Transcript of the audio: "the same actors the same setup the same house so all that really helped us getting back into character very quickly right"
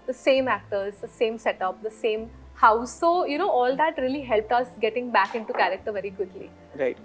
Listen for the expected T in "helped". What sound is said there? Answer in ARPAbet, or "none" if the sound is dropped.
T